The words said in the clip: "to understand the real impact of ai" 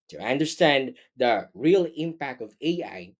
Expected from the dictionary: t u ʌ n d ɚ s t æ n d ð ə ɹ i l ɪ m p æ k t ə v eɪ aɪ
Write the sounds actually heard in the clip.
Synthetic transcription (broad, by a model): t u ʌ n d ɚ s t æ n d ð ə ɹ i l ɪ m p æ k t ə v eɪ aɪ